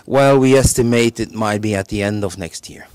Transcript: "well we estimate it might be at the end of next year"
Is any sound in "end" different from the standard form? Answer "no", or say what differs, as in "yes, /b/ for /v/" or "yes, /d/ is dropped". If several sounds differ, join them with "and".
no